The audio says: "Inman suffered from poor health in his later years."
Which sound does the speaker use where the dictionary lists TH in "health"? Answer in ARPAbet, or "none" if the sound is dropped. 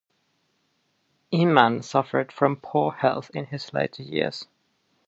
TH